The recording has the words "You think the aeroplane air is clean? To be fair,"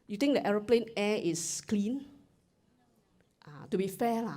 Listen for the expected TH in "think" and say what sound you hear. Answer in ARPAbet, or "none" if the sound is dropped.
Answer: T